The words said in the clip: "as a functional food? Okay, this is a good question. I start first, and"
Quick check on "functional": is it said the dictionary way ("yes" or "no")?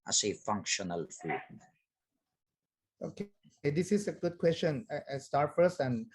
yes